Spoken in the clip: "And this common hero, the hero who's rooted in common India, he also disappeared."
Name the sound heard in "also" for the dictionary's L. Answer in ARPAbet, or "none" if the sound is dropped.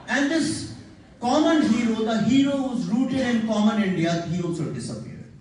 none